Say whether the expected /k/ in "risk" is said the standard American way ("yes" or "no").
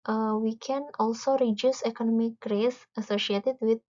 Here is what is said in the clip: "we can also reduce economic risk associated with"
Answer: no